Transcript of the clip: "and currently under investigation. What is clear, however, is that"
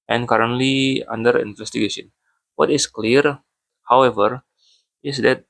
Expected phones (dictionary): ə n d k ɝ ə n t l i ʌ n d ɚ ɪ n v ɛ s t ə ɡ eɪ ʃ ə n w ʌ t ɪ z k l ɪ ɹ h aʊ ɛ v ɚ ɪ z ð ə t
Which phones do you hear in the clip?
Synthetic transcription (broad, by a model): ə n k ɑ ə n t l i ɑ n d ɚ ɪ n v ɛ s t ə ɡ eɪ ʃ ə n w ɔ t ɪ s k l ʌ ɹ h aʊ ɛ v ɚ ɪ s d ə t